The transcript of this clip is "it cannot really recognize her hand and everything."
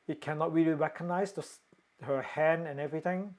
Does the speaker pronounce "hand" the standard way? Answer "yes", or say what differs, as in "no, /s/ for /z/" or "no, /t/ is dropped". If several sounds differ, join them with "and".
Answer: no, /d/ is dropped